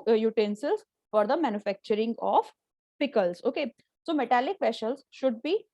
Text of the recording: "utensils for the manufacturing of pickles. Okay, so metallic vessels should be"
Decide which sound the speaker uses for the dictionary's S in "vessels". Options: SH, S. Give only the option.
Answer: SH